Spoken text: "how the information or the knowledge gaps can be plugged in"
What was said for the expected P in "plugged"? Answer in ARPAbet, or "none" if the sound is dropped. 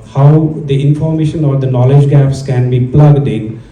P